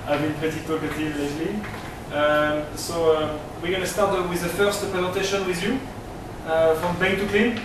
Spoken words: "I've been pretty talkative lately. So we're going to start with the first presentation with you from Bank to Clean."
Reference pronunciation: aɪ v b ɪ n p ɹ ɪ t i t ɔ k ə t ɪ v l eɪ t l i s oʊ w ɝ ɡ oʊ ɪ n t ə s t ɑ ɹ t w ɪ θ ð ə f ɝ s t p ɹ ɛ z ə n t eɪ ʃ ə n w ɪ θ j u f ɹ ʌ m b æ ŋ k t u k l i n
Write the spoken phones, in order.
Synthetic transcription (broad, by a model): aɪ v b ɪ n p ɪ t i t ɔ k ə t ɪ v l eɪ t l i s oʊ w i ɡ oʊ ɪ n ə s t ɑ ɹ t w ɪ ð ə f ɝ s t p ɹ ɛ z ə n t eɪ ʃ ə n w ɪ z j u f ɹ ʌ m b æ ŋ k t u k l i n